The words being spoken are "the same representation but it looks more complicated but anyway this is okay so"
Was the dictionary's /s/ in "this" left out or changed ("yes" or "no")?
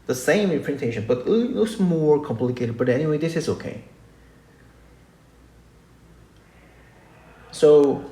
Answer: no